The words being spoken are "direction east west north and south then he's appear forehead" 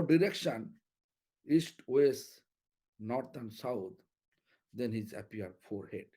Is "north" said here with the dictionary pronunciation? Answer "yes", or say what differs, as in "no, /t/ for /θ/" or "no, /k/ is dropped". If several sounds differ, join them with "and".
no, /t/ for /θ/